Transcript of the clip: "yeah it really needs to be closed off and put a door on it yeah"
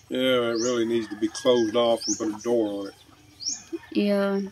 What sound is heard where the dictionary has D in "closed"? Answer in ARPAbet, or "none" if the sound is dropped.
D